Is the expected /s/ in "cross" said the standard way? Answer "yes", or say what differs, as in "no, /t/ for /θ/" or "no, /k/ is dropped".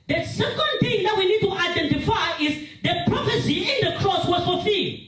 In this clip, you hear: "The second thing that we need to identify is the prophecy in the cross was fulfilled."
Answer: yes